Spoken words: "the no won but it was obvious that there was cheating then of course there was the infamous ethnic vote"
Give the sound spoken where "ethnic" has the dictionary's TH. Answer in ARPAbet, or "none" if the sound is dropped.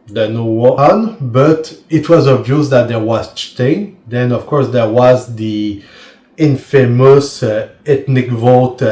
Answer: T